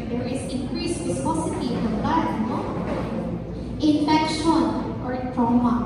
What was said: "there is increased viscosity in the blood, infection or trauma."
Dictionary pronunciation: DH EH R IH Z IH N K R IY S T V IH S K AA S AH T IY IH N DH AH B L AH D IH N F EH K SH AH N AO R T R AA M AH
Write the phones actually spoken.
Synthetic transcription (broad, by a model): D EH R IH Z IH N K R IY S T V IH S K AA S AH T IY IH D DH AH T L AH IH N F EH K SH AH N AO R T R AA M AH